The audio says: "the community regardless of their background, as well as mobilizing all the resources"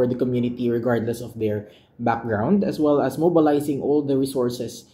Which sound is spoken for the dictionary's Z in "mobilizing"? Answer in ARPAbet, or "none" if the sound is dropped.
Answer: S